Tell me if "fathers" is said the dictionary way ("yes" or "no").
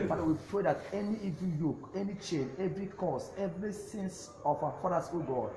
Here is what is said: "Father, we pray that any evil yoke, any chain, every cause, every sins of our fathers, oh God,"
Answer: no